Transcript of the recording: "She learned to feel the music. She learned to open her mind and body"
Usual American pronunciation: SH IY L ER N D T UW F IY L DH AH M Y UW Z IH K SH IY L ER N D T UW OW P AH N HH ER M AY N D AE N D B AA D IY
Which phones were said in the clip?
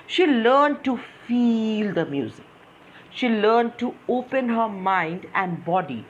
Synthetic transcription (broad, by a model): SH IY L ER N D T UW F IY L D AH M Y UW Z IH K SH IY L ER N D T UW OW P AH N HH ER M AY N D AE N D B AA D IY